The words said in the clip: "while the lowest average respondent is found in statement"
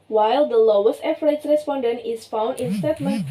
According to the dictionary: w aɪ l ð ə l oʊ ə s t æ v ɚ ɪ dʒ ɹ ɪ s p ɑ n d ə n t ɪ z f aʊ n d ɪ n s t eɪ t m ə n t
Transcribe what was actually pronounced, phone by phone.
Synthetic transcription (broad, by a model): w aɪ l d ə l oʊ ə s t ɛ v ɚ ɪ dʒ ɹ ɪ s p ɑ n d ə n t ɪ s f aʊ n d ɪ n s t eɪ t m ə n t